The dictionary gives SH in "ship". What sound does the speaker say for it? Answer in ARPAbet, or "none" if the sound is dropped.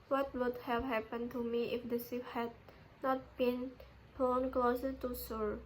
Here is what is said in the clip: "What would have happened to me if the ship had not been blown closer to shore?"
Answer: S